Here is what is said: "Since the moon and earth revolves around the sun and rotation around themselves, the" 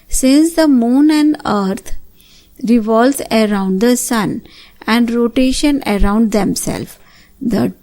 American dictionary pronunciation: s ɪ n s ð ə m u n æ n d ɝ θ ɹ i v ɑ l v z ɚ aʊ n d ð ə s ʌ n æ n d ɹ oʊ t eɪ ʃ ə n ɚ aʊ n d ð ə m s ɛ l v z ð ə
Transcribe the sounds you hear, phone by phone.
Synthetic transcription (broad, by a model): s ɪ n s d ə m u n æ n d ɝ t ɹ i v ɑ l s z ɚ aʊ n d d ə s ʌ n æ n d ɹ oʊ t eɪ ʃ ə n ɚ aʊ n d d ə m s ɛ l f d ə